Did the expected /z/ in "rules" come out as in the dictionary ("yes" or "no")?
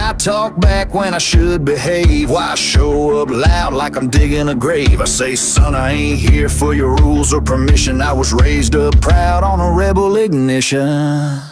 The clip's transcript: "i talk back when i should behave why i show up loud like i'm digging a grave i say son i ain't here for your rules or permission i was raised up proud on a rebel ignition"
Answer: yes